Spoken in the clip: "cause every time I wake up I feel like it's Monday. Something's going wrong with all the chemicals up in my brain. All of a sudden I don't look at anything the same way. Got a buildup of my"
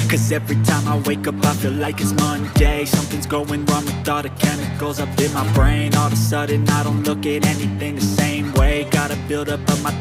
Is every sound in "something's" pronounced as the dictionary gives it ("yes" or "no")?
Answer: yes